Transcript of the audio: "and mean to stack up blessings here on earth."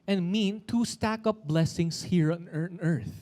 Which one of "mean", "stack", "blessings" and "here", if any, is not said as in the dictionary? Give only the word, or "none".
blessings